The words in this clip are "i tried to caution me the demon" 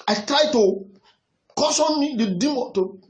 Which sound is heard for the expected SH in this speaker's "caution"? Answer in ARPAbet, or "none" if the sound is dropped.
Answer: S